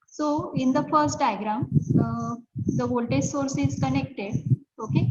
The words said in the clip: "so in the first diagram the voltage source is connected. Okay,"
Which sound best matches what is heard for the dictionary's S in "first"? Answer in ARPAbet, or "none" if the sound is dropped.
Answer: S